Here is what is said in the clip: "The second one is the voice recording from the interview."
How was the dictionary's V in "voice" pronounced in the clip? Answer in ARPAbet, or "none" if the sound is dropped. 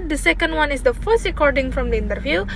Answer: F